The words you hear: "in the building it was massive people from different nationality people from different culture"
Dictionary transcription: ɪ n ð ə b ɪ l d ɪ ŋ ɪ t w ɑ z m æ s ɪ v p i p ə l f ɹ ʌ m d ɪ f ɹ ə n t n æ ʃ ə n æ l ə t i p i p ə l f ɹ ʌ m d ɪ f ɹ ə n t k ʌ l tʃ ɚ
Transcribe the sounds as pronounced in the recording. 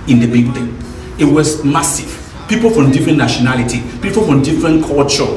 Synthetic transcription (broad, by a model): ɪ n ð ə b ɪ n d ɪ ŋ ɪ t w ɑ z m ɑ s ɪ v p i p ə l f ɹ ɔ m d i f ɹ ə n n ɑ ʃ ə n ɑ l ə t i p i p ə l f ɹ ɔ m d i f ɹ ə n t k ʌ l tʃ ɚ